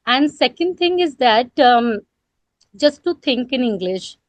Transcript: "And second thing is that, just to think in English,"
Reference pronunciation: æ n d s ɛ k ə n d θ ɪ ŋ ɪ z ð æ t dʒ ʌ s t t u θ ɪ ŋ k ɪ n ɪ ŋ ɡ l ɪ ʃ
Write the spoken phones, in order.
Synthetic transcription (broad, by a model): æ n d s ɛ k ə n d t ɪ ŋ ɪ z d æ t dʒ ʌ s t t u t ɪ ŋ k ɪ n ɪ ŋ ɡ l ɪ ʃ